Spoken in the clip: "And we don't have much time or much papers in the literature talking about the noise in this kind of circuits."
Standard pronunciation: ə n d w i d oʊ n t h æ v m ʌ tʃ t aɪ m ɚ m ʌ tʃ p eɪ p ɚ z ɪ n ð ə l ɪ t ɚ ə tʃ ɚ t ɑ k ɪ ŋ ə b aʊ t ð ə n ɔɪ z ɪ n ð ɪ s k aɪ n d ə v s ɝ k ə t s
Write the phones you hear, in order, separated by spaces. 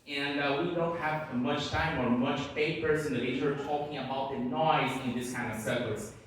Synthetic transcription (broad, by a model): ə n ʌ w i d oʊ n t h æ v m ʌ tʃ t aɪ m ɚ m ʌ tʃ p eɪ p ɚ s ɪ n ð ə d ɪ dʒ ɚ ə ɚ t ɑ k ɪ ŋ ə b aʊ t ð ə n ɔɪ z ɪ n ð ɪ s k aɪ n d ə v s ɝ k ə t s